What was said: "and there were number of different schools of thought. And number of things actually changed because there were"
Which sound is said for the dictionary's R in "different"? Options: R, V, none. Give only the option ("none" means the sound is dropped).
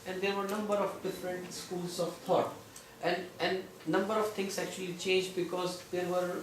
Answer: R